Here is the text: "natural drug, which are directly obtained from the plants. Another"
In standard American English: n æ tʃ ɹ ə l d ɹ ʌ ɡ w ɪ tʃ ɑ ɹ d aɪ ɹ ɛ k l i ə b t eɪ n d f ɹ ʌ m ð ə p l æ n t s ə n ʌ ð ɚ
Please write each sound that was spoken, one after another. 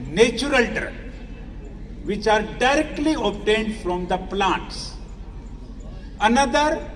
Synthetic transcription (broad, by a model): n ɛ tʃ ɹ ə l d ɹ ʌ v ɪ tʃ ɑ ɹ d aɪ ɹ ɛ k l i ə b t eɪ n d f ɹ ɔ m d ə p l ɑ n t s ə n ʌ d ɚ